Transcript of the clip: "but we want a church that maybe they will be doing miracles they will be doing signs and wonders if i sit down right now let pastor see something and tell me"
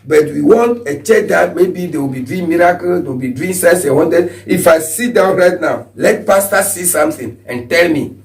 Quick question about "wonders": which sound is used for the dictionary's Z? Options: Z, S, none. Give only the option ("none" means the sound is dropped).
none